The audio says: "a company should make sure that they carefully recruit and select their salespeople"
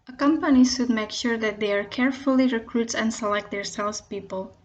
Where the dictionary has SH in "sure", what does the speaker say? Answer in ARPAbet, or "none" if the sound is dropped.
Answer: SH